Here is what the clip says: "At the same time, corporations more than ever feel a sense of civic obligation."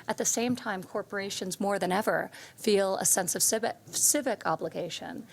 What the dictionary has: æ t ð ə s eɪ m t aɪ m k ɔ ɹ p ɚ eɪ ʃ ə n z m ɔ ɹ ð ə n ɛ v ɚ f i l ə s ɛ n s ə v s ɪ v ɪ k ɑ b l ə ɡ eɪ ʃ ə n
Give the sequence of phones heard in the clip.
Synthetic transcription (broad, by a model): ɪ t ð ə s eɪ m t aɪ m k ɔ ɹ p ɚ eɪ ʃ ə n z m ɔ ɹ ð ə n ɛ v ɚ f i l ə s ɛ n s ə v s ɪ v ɪ k ɑ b l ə ɡ eɪ ʃ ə n